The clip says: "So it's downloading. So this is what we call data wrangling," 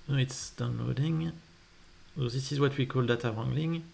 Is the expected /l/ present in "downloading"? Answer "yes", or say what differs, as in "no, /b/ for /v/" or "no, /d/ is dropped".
yes